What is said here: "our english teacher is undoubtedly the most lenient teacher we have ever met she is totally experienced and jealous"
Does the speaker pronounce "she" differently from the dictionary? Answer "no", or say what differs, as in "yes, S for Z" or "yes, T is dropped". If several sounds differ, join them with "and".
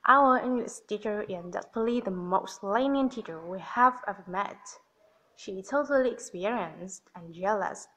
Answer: no